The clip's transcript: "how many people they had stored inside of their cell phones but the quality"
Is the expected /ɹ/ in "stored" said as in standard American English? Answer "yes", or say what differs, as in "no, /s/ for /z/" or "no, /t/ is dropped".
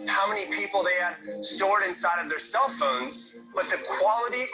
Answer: yes